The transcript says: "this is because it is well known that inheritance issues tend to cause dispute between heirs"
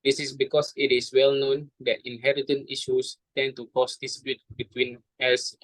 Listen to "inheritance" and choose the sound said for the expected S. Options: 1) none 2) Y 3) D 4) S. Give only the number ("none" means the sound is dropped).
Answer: 1